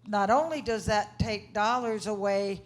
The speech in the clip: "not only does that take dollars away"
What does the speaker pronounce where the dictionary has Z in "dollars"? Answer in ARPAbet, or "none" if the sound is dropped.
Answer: Z